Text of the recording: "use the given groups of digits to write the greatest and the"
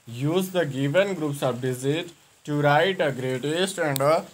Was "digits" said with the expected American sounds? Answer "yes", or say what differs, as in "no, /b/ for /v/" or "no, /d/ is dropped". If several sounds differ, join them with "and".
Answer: no, /z/ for /dʒ/ and /s/ is dropped